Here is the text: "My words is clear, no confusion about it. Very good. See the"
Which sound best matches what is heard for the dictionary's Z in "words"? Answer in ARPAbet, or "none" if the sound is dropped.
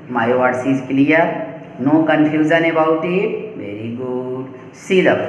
S